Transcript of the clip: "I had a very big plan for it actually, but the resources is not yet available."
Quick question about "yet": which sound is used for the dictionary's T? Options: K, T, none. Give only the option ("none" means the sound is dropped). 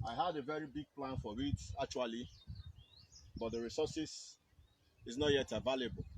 T